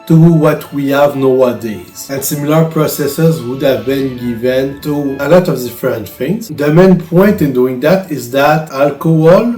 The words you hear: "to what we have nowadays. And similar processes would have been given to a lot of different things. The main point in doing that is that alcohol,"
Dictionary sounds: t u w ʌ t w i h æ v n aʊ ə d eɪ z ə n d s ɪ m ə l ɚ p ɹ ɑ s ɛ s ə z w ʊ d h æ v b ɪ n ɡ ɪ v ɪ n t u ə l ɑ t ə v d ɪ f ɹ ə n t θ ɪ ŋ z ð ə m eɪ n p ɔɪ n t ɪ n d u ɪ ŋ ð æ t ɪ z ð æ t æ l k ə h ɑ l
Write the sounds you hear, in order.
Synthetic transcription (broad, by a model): t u w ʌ t w i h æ v n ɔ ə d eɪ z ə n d s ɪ m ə l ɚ p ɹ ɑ s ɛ s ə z w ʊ d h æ v b ɪ n ɡ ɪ v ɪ n t u ə l ɑ t ə v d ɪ f ɹ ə n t f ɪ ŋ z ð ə m eɪ n p ɔɪ n t ɪ n d u ɪ ŋ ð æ t ɪ z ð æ t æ l k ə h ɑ l